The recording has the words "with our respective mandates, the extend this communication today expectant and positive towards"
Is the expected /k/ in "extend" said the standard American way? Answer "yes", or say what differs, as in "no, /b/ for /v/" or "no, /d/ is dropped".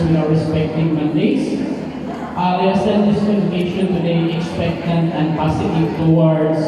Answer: no, /k/ is dropped